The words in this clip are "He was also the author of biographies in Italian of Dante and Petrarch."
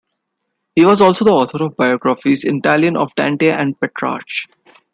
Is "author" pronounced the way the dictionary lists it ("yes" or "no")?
no